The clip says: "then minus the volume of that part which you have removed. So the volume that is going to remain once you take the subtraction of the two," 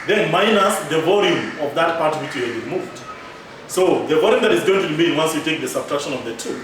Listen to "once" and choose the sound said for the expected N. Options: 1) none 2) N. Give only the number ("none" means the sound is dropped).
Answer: 2